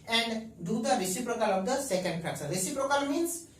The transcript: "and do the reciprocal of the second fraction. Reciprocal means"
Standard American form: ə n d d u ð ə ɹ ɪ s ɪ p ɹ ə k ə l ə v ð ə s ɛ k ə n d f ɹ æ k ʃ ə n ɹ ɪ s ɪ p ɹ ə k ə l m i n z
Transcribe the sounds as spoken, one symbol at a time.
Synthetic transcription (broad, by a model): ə n d d u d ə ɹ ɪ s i p ɹ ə k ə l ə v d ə s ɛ k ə n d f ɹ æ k s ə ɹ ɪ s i p ɹ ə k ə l m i n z